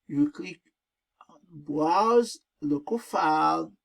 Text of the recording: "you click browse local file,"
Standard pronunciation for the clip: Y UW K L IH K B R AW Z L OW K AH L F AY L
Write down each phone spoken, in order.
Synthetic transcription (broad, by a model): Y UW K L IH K B W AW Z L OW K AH F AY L